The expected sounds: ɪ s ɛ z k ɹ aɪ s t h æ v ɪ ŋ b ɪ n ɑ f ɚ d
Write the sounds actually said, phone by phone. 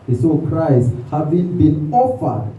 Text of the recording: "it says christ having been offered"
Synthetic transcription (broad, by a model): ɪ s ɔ k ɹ aɪ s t h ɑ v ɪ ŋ b ɪ n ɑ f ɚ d